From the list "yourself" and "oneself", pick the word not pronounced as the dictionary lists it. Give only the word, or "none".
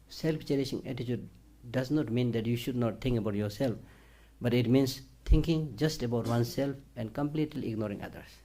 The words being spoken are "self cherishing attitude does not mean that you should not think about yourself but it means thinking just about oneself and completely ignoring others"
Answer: none